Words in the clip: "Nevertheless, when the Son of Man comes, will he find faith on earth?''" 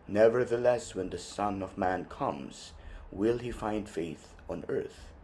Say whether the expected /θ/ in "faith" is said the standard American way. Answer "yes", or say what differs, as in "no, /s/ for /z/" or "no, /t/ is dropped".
yes